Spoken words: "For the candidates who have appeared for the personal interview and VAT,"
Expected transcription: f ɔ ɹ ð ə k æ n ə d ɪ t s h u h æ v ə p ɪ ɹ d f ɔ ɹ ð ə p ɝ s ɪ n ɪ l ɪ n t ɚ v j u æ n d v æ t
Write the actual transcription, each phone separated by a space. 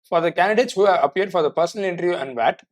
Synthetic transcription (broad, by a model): f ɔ ɹ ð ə k æ n ə d ɪ t s h u h æ v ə p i ɹ d f ɔ ɹ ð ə p ɝ s ɪ n ɪ l ɪ n t ɚ v j u æ n d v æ t